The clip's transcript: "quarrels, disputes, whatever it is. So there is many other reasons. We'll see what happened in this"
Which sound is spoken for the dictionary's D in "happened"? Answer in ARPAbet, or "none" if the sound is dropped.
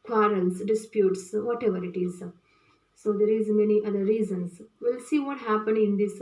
none